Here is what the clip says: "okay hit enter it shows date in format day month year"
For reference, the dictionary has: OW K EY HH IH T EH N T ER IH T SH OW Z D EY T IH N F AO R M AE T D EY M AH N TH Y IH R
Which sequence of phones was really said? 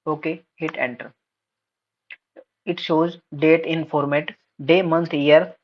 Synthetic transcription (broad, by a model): OW K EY HH IH T EH N T ER IH T SH OW Z D EY T IH N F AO R M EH T D EY M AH N T Y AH R